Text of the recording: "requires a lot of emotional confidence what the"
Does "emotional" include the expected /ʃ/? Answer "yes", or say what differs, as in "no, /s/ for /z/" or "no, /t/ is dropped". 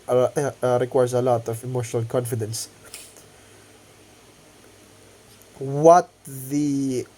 yes